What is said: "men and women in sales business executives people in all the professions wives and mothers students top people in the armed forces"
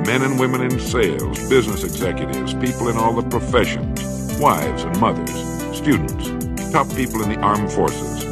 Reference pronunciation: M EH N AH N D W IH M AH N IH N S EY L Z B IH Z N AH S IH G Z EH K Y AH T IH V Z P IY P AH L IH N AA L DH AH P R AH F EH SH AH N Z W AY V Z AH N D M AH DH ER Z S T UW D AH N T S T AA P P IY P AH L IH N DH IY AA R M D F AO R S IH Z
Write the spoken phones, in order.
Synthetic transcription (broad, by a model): M EH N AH N W IH M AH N IH N S EY L Z B IH Z N AH S IH G Z EH K Y AH T IH V Z P IY P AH L IH N AA L DH AH P R AH F EH SH AH N Z W AY V Z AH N M AH DH ER Z S T UW D N T S T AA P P IY P L IH N DH IY AA R M F AO R S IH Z